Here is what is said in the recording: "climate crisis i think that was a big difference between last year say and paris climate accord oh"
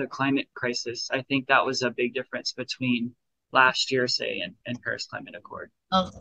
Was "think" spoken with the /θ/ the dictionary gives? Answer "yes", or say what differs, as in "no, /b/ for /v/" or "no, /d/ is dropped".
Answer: yes